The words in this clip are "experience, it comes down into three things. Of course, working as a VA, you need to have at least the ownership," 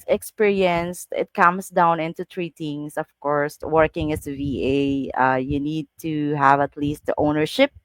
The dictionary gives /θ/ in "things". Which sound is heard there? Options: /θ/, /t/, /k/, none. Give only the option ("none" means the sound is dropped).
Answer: /t/